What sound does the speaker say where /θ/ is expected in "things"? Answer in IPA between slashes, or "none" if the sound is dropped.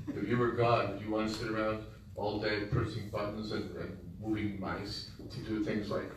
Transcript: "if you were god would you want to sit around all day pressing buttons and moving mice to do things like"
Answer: /θ/